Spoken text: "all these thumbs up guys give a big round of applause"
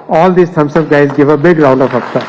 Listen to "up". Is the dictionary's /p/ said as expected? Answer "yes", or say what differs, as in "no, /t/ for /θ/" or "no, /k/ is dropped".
no, /b/ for /p/